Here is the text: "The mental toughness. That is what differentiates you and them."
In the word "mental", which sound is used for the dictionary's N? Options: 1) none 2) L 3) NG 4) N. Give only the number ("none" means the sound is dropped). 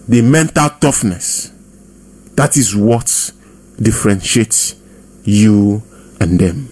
4